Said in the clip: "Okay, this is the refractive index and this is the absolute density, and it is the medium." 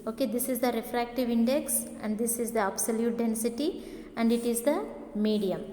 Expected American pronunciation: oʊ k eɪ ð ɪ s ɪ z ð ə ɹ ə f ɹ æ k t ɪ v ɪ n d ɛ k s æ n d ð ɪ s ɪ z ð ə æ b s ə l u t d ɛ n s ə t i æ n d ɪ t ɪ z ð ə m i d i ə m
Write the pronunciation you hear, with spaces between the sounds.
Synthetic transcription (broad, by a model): oʊ k eɪ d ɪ s ɪ z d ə ɹ ə f ɹ æ k t ɪ v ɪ n d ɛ k s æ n d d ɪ s ɪ z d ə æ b s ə l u t d ɛ n s ə t i æ n d ɪ t ɪ z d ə m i d i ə m